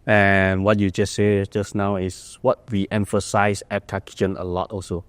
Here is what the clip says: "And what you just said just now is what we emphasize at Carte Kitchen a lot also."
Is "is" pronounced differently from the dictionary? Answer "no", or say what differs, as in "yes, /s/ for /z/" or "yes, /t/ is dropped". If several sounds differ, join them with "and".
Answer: yes, /s/ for /z/